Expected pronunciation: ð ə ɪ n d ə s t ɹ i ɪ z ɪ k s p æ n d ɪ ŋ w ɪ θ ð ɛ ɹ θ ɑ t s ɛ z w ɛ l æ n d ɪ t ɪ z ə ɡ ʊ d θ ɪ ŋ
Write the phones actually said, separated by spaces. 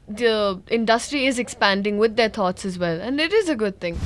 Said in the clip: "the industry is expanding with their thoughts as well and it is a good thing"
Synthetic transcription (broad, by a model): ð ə ɪ n d ə s t ɹ i ɪ z ɪ k s p æ n d ɪ ŋ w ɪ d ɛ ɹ t ɑ t s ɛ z w ɛ l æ n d ɪ t ɪ z ə ɡ ʊ d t ɪ ŋ